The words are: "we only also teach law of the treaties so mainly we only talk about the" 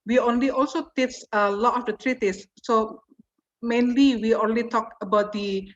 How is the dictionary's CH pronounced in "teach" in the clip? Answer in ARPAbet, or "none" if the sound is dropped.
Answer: S